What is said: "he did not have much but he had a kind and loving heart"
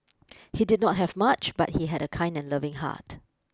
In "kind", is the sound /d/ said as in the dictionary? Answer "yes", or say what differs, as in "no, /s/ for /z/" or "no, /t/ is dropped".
yes